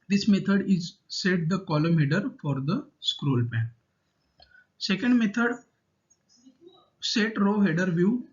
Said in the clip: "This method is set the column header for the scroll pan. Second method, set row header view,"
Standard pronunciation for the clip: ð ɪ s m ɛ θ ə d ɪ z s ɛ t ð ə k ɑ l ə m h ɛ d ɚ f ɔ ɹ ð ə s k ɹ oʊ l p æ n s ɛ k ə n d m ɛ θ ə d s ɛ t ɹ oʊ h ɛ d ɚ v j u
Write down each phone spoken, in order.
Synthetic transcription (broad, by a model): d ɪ s m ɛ t ə d ɪ z s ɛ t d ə k ɑ l ə m h ɛ d ɚ f ɔ ɹ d ə s k ɹ oʊ l p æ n s ɛ k ə n d m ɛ t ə d s ɛ t ɹ oʊ h ɛ d ɚ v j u